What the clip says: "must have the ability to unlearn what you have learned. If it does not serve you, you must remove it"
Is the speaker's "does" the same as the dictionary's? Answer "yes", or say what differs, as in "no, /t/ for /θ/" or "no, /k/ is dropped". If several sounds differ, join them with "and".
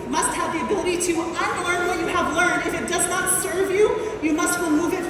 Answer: yes